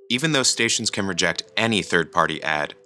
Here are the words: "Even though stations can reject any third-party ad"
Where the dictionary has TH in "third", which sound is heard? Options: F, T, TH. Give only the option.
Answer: TH